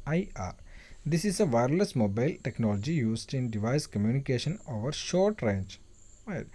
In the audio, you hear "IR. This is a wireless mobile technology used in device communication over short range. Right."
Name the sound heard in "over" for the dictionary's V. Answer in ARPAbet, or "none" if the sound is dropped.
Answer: V